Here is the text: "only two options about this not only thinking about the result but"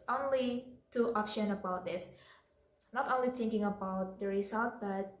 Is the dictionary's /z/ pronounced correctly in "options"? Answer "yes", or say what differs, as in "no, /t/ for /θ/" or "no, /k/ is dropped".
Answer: no, /z/ is dropped